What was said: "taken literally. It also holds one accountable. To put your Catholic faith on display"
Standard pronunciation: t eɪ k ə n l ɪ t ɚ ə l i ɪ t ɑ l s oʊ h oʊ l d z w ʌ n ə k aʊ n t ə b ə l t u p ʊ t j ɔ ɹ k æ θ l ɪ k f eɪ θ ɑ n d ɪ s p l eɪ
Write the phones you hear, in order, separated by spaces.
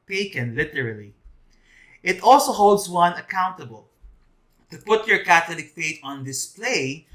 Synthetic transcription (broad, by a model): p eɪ k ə n l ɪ t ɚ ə l i ɪ t ɑ l s oʊ h oʊ l d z w ʌ n ə k aʊ n t ə b ə l t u p ʊ t j ɔ ɹ k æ t l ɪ k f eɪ t ɑ n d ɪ s p l eɪ